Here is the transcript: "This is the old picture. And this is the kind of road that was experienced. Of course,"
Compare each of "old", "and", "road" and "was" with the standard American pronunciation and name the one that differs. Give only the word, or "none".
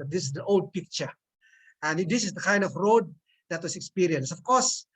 was